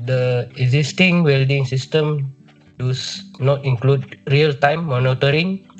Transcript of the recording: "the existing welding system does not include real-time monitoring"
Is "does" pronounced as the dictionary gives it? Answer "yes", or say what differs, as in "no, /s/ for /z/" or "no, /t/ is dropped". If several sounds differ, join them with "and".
no, /s/ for /z/